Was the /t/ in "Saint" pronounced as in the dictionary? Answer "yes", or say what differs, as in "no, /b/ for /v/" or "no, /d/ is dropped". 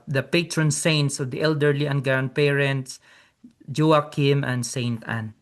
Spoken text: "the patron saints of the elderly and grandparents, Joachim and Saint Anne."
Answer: yes